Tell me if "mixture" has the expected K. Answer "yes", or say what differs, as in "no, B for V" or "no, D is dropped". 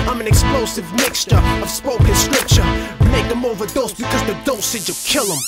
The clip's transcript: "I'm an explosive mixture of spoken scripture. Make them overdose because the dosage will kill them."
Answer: yes